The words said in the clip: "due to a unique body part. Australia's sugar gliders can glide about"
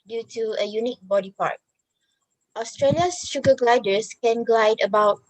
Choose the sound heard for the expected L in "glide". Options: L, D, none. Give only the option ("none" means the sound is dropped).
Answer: L